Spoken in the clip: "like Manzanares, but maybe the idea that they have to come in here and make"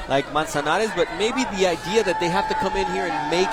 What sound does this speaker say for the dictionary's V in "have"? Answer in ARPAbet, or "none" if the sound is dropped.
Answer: F